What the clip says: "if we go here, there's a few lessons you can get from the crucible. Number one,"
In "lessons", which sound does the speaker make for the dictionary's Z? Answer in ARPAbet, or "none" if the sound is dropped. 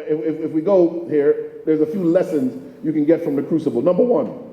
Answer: Z